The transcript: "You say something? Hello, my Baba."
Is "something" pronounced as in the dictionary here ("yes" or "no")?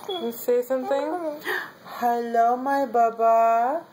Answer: no